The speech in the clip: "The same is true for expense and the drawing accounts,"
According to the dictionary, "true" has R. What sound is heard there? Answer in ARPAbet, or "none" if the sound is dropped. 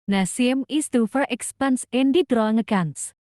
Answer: none